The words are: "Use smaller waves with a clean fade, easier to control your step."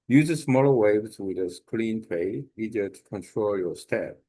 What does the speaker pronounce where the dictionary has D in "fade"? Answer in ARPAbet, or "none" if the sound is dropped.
none